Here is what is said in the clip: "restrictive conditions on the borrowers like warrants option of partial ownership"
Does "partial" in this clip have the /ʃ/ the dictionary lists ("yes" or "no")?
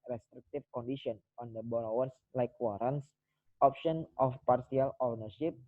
no